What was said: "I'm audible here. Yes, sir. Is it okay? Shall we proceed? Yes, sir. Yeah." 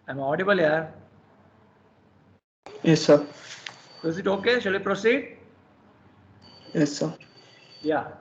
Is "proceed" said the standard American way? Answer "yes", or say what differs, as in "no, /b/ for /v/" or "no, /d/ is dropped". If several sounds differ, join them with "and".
yes